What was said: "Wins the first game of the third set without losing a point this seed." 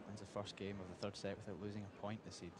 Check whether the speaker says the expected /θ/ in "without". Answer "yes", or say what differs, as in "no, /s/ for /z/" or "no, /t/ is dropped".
yes